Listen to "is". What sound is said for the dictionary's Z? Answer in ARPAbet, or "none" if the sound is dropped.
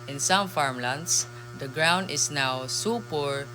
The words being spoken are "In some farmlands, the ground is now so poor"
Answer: S